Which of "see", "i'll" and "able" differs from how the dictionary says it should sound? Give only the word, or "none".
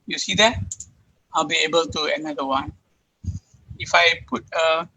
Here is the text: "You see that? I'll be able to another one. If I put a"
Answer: none